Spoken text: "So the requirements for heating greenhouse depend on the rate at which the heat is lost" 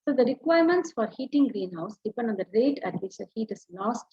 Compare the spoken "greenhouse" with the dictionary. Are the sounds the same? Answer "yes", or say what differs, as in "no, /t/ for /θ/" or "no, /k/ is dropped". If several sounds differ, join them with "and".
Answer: yes